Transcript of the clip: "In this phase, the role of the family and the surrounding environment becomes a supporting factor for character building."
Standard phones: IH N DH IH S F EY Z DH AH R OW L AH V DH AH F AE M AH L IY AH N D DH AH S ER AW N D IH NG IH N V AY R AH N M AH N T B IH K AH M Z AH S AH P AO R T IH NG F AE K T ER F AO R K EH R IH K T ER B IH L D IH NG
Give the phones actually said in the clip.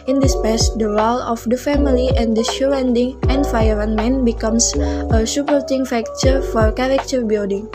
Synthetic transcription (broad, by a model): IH N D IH S P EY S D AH R OW L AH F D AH F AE M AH L IY AH N D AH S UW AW N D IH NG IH N F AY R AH N M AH N B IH K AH M S AH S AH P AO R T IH NG F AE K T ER F AO R K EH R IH K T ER B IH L D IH NG